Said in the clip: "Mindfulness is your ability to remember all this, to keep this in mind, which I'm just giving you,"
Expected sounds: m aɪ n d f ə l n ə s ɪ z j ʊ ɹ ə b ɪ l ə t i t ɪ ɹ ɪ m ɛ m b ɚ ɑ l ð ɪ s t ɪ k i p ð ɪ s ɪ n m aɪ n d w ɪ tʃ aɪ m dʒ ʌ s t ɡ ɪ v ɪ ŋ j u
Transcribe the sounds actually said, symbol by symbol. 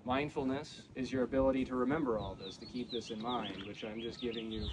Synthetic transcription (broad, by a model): m aɪ n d f l n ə s ɪ z j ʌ ɹ ə b ɪ l ə t i t ɪ ɹ ɪ m ɛ m b ɚ ɑ l ð ɪ s t ɪ k i p ð ɪ s ɪ n m aɪ n d w ɪ tʃ aɪ m dʒ ʌ s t ɡ ɪ v ɪ ŋ j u